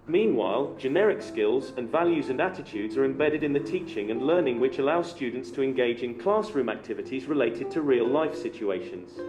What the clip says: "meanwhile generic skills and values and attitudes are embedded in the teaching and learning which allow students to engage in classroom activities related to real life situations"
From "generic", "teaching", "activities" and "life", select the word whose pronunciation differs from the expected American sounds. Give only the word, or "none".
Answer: none